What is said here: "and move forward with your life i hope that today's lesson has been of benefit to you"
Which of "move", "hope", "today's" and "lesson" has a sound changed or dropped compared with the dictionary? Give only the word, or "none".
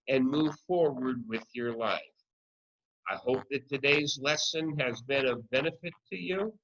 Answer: none